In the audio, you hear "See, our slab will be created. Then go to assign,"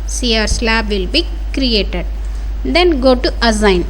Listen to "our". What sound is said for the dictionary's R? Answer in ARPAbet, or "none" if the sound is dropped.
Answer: R